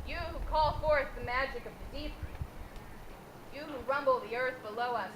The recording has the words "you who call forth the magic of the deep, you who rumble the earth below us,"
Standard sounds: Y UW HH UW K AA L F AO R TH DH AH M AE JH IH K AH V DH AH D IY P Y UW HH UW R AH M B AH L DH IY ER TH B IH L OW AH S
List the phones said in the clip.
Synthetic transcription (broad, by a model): Y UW HH UW K AA L F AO R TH DH AH M AE JH IH K AH V DH AH D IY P Y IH HH UW R AH M B L DH IY ER TH B IH L OW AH S